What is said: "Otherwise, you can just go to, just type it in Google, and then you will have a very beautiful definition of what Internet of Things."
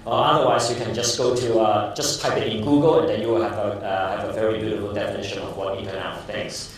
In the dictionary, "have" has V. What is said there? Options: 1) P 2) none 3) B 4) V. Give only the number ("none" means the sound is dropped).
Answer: 4